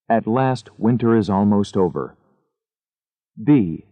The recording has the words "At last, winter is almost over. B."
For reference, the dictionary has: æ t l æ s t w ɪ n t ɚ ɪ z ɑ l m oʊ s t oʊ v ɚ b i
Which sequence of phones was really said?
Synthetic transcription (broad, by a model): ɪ t l æ s t w ɪ n t ɚ ɪ z ɑ l m oʊ s t oʊ v ɚ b i